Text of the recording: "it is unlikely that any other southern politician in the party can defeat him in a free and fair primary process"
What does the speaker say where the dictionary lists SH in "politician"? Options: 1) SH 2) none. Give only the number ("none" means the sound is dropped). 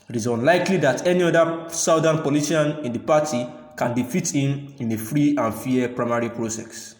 2